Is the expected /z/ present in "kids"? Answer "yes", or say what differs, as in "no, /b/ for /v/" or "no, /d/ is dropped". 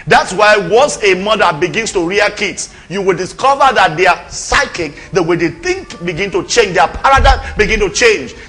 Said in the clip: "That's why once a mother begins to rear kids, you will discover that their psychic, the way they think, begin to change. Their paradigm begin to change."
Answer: no, /s/ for /z/